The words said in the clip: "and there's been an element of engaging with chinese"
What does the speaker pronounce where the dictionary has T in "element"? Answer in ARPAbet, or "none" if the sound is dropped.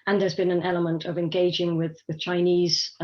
T